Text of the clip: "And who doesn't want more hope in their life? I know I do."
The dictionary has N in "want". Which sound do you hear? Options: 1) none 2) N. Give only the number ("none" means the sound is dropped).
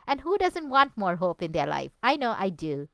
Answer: 2